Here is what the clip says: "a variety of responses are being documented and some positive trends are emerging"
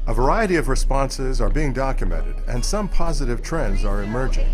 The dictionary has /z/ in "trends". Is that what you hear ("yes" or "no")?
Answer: yes